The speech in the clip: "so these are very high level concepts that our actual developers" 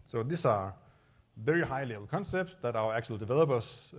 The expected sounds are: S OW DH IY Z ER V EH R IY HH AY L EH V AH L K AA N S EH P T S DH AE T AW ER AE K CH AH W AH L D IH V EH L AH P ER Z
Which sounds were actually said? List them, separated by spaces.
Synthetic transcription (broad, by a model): S OW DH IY S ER V EH R IY HH AY L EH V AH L K AA N S EH P T S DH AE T AW ER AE K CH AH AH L D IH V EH L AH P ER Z